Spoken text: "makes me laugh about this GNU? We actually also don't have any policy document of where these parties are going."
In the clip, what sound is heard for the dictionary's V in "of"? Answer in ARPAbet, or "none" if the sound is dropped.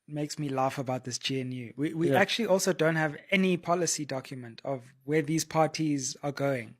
V